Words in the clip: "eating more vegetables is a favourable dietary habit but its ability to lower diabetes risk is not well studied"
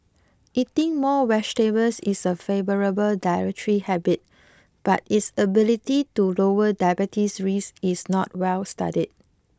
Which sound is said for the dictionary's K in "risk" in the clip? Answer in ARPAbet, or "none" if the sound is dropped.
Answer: none